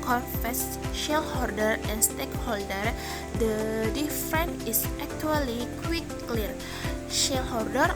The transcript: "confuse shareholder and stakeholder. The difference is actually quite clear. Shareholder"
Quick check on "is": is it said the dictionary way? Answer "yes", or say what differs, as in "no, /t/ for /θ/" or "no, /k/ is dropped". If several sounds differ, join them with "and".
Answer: no, /s/ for /z/